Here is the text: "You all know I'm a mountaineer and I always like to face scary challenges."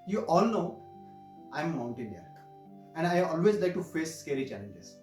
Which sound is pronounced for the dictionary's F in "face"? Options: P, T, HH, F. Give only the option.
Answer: F